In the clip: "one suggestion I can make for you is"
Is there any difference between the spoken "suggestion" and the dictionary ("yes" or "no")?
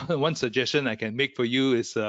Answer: no